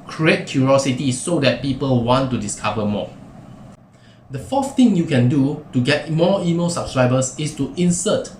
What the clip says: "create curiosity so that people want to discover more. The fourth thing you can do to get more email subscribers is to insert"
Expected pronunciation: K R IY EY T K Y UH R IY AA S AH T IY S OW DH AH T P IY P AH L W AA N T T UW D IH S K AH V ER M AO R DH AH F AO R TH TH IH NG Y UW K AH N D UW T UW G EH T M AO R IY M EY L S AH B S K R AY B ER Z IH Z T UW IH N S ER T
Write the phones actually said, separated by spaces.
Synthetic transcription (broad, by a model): K R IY EY T K Y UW R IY AA S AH T IY S OW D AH T P IY P AH L W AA N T T UW D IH S K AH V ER M AO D AH F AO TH T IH NG Y UW K AH N D UW T UW G EH T M AO IY M EY L S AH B S K R AY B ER S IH S T UW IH N S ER T